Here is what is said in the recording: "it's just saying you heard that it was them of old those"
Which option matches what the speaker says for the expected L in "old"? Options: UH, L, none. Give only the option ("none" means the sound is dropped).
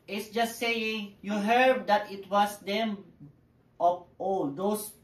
none